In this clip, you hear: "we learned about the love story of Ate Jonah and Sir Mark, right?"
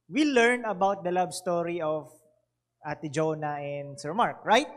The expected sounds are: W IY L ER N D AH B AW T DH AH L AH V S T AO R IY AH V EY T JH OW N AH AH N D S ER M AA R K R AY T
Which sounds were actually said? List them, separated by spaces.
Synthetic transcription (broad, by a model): W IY L ER N AH B AW T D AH L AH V S T AO R IY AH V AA T JH OW N AH AH N D S ER M AA R K R AY T